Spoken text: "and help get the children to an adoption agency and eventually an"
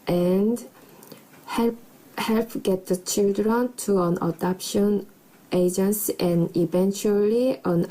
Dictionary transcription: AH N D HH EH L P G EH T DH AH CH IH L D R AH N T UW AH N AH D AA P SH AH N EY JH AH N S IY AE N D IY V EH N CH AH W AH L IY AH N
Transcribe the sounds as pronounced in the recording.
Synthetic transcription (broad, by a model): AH N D HH EH L P G EH T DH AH CH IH L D R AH N T UW AH N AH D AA P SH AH N EY JH AH N S IY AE N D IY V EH N CH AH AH L IY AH N